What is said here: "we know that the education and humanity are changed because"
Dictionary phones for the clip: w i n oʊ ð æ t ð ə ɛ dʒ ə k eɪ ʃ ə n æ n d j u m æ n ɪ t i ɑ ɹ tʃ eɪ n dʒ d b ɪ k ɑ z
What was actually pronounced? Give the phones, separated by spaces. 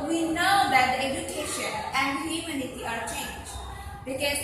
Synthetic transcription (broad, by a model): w i n oʊ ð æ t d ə ɛ dʒ ə k eɪ ʃ ə n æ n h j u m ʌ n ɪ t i ɑ ɹ tʃ eɪ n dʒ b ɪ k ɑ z